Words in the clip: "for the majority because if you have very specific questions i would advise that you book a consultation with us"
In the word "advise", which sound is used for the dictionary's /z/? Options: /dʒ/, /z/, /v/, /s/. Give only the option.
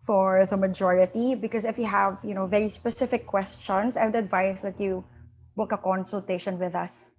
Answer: /s/